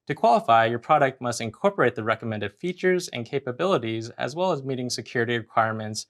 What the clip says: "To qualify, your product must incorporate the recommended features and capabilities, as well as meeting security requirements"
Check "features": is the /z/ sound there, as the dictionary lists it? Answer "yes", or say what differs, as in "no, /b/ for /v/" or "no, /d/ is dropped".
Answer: yes